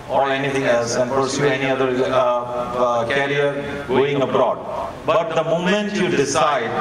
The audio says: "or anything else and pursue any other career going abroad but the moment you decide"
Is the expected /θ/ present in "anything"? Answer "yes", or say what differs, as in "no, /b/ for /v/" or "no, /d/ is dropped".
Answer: no, /t/ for /θ/